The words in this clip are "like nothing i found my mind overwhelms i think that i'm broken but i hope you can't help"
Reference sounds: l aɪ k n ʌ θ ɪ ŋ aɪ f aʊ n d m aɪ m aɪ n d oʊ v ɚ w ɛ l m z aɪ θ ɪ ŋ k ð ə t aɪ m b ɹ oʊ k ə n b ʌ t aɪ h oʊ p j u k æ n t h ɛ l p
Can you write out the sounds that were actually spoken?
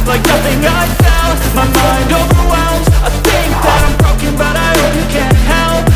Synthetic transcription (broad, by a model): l aɪ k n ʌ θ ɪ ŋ aɪ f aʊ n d m aɪ m aɪ n d oʊ v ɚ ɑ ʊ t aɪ θ ɪ ŋ k ð ə t aɪ m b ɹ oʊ k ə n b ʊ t aɪ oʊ j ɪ k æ n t h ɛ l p